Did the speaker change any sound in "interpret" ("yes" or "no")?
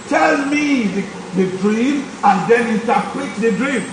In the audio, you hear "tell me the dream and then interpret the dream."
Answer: yes